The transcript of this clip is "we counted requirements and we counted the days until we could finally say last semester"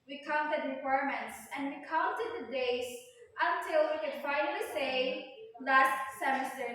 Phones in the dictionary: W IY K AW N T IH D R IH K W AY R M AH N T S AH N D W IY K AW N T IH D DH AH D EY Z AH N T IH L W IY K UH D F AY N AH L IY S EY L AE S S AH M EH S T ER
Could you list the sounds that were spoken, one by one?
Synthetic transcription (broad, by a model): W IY K AW N T IH D R IH K W AY R M AH N T S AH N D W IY K AW N T IH D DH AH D EY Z AH N T IH L W IY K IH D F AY AH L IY S EY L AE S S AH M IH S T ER